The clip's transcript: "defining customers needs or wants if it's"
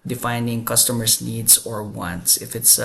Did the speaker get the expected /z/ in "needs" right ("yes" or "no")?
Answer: no